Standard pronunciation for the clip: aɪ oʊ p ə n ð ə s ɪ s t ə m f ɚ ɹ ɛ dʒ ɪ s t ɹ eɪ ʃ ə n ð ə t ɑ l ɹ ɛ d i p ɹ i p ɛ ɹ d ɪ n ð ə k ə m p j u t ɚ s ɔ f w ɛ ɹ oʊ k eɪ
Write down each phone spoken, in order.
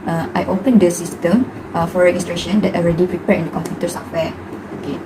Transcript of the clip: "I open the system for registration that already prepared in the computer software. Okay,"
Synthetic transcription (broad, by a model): aɪ oʊ p ə n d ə s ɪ s t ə m f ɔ ɹ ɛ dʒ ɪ s t ɹ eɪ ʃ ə n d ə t ɑ l ɹ ɛ d i p ɹ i p ɛ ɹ ɪ n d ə k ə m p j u t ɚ s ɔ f w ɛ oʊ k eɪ